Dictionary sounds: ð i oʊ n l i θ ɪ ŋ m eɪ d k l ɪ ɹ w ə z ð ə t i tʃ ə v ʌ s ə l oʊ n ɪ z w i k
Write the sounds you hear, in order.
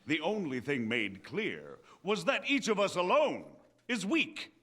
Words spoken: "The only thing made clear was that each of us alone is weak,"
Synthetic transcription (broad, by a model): ð i oʊ n l i θ ɪ ŋ m eɪ d k l ɪ ɹ w ə z ð ə t i tʃ ə v ʌ s ə l oʊ n ɪ z w i k